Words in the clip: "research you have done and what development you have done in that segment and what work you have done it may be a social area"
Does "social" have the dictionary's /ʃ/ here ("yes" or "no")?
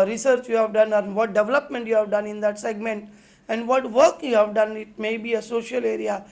yes